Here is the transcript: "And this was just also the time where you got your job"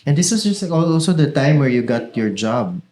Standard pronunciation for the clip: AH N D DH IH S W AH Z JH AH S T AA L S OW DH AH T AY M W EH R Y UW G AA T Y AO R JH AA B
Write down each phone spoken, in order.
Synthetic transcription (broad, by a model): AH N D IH S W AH S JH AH S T AA L S OW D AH T AY M W EH R Y UW G AA T Y AO R JH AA B